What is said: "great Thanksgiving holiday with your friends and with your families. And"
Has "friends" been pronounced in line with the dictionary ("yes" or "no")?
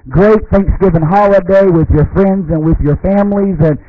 yes